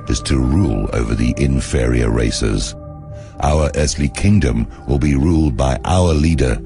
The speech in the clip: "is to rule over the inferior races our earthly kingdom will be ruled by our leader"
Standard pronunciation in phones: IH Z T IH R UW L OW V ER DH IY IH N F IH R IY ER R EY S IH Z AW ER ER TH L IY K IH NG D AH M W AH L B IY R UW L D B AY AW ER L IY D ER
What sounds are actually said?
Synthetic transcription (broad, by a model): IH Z T IH R UW L OW V ER DH IY IH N F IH R IY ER R EY S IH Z AW ER ER TH L IY K IH NG D AH M W AH L B IY R UW L D B AY AW ER L IY D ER